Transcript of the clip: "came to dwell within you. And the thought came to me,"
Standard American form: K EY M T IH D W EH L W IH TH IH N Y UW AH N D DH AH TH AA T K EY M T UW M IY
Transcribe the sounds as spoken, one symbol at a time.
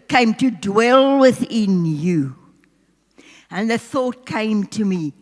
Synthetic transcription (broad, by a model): K EY M T IH D W EH L W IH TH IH N Y UW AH N DH AH TH AA T K EY M T UW M IY